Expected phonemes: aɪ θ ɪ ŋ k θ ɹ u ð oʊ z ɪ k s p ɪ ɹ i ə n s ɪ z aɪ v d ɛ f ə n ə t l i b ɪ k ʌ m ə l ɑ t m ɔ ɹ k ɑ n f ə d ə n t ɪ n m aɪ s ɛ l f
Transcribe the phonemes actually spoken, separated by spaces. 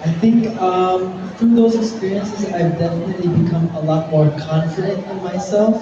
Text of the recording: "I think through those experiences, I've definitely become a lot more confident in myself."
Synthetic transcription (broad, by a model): aɪ θ ɪ ŋ k f ɹ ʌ ð oʊ z ɪ k s p ɪ ɹ i ə n s ɪ z aɪ v d ɛ f ə n ə t l i b ɪ k ʌ m ə l ɑ t m ɔ ɹ k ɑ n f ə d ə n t ɪ n m aɪ s ɛ l f